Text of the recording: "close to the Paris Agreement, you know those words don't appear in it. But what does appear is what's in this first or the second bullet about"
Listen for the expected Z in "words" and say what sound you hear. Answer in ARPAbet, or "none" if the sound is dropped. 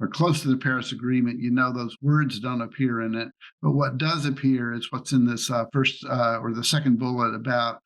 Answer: Z